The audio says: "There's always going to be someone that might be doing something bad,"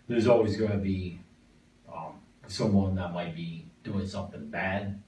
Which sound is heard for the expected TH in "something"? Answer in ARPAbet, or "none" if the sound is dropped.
TH